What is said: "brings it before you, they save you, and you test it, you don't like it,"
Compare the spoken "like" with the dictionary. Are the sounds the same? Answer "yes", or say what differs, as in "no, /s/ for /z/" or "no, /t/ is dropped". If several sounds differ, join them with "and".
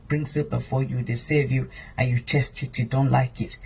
yes